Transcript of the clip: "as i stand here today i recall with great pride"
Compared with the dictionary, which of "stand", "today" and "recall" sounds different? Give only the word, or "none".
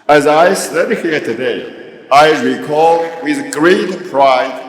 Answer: stand